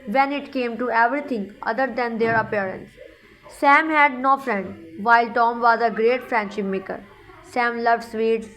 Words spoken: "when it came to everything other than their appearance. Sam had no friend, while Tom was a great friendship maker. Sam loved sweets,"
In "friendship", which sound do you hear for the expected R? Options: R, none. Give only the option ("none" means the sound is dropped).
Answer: R